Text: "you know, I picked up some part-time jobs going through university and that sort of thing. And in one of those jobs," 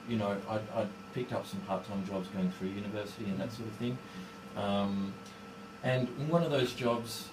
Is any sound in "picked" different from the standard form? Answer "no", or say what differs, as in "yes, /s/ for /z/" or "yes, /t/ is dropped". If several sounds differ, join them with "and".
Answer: no